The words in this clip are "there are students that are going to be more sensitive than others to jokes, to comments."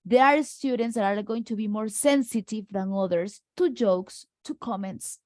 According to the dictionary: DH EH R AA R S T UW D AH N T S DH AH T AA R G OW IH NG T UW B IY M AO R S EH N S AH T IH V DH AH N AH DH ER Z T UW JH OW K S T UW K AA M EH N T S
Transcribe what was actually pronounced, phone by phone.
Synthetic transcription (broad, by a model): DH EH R AA R S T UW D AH N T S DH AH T AA R G OW IH NG T UW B IY M AO R S EH N S AH T IH V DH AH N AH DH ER S T UW JH OW K S T UW K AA M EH N T S